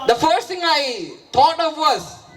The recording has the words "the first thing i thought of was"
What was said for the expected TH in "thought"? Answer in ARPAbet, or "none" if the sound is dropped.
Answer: T